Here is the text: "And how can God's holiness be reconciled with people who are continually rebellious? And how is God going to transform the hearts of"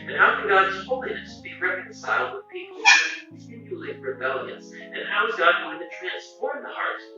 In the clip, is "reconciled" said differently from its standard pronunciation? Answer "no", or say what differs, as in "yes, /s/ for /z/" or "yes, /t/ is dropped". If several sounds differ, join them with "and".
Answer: no